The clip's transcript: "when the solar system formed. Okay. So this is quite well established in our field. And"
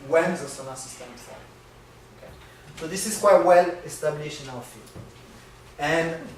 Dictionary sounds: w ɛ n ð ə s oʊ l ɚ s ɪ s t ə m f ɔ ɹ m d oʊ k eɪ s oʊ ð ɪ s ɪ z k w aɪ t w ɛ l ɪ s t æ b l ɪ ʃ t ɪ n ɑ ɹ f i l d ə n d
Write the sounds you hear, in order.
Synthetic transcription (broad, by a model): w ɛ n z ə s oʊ n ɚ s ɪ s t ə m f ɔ oʊ k eɪ s oʊ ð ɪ s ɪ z k w aɪ t w ɛ l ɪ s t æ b n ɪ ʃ ɪ n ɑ l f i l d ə n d